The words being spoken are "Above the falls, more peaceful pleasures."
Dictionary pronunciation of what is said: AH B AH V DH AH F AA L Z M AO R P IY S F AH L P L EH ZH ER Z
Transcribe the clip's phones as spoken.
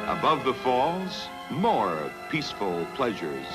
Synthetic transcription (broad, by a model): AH B AH V DH AH F AA L Z M AO R P IY S F AH L P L EH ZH ER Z